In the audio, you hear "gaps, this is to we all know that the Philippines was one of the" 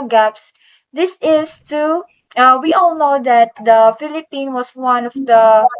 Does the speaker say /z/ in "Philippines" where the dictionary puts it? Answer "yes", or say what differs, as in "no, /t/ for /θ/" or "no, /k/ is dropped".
no, /z/ is dropped